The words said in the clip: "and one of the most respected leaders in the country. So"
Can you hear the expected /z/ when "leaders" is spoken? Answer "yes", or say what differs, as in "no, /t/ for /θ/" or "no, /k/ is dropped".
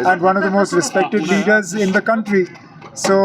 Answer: yes